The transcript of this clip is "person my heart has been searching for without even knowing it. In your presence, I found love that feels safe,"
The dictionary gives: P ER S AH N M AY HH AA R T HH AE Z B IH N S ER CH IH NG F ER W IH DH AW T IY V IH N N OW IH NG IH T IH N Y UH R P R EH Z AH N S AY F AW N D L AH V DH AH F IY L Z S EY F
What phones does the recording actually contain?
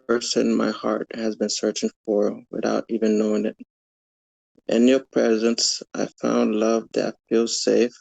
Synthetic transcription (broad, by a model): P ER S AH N M AY HH AA R T HH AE Z B IH N S ER CH IH NG F ER W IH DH AW T IY V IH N N OW IH NG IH T IH N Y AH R P R EH Z AH N S AY F AW N D L AH V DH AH F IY L S EY F